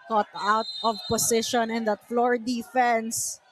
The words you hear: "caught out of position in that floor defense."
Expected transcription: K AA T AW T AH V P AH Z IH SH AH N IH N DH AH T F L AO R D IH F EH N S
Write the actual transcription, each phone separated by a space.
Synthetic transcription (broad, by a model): K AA T AW T AH V P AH S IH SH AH N IH N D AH T F L AO R D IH F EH N S